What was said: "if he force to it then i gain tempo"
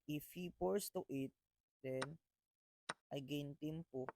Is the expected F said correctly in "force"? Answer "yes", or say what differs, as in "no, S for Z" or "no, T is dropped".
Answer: no, P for F